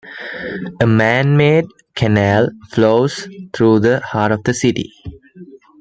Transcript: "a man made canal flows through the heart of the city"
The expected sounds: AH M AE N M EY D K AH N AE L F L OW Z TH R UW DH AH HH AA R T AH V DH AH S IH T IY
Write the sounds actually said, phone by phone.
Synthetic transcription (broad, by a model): AH M AE N M EY D K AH N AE L F L OW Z T R UW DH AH HH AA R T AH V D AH S IH T IY